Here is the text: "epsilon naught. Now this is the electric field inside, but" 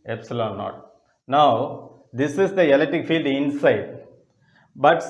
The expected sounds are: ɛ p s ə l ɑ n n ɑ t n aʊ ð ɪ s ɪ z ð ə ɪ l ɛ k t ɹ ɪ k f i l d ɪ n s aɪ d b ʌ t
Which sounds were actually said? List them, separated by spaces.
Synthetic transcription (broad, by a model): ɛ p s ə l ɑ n n ɑ t n aʊ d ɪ s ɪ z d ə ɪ l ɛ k t ɪ k f i l d ɪ n s aɪ d b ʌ t